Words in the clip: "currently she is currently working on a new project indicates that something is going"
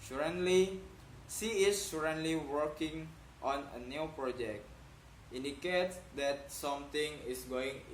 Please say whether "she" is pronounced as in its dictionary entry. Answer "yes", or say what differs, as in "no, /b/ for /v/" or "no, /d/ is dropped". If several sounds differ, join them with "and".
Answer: no, /s/ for /ʃ/